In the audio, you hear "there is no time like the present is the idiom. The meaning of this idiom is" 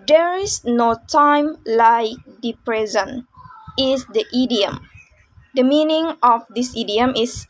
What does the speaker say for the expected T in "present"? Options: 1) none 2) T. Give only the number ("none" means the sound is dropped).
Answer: 1